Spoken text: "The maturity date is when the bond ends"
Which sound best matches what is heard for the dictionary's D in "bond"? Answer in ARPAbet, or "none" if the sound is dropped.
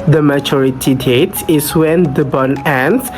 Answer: none